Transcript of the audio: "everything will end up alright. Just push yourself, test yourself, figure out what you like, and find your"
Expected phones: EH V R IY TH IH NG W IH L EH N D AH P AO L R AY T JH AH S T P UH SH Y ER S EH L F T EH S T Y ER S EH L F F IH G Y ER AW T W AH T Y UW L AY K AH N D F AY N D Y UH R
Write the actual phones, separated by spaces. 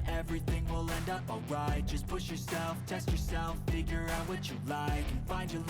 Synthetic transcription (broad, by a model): EH V R IY TH IH NG W IH L EH N D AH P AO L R AY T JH AH S P UH SH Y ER S EH L F T EH S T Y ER S EH L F F IH G Y ER AW T W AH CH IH L AY K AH N F AY N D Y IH